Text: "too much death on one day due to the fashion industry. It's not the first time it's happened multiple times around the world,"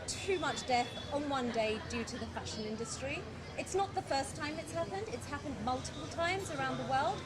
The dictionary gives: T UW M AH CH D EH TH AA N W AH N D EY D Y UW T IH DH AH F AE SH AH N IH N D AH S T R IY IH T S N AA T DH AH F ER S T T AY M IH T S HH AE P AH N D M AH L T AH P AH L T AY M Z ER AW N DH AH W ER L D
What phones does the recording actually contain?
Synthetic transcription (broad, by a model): T UW M AH CH D EH TH N W AH N D EY D Y UW T IH DH AH F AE SH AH N IH N D AH S T R IY IH T S N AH T DH AH F ER S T T AY M IH T S HH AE P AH N D M AH L T AH P AH L T AY M Z ER AW N DH AH W ER L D